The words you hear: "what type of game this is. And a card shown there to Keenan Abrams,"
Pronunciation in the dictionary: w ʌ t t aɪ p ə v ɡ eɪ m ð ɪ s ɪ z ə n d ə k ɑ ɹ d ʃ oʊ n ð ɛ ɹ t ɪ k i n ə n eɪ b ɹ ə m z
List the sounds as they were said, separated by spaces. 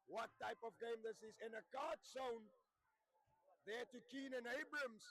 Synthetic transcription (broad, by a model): w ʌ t t aɪ p ə v ɡ eɪ m ð ɪ s ɪ z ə n ə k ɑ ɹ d s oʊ n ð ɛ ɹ t ɪ k i n ə n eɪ b ɹ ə m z